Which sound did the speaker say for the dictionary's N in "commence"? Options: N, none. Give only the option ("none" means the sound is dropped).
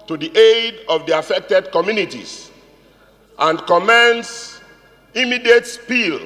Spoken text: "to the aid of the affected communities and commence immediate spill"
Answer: N